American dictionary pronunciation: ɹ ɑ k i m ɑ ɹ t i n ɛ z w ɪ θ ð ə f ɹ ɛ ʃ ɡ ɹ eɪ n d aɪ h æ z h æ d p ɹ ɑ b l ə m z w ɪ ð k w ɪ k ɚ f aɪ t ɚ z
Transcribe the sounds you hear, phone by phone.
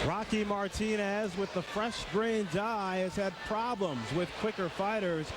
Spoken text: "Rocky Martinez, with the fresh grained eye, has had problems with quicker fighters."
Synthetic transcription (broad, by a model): ɹ ɑ k i m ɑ ɹ t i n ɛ z w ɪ ð ə f ɹ ɛ ʃ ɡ ɹ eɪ n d aɪ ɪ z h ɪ d p ɹ ɑ b l ə m z w ɪ ð k w ɪ k ɚ f aɪ t ɚ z